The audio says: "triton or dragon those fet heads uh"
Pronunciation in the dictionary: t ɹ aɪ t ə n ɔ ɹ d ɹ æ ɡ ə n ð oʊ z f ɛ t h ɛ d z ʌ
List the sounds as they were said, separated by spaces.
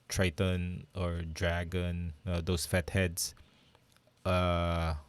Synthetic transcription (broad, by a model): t ɹ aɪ t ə n ɔ ɹ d ɹ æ ɡ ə n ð oʊ s f ɛ t h ɛ d s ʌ